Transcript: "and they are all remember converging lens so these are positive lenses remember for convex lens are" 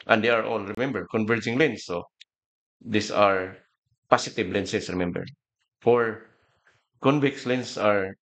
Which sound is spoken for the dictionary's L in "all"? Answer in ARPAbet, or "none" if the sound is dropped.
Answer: L